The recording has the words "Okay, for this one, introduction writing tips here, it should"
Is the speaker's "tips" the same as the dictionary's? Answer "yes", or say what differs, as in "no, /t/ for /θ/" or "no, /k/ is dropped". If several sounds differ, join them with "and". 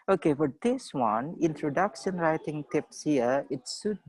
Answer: yes